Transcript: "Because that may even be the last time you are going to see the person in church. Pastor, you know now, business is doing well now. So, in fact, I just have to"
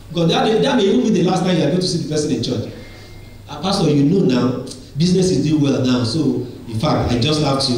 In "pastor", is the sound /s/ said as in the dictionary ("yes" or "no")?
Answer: no